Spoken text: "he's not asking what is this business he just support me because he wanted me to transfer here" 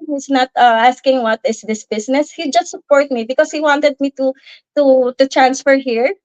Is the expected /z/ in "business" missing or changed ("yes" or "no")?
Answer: yes